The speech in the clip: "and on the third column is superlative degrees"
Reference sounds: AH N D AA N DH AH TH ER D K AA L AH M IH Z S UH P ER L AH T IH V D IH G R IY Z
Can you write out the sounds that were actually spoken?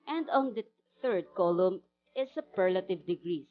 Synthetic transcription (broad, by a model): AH N D AA N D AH TH ER D K AA L AH M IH S UH P ER L AH T IH V D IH G R IY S